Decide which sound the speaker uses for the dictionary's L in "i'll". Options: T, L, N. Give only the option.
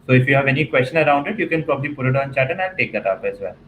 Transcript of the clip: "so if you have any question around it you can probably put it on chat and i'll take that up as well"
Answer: N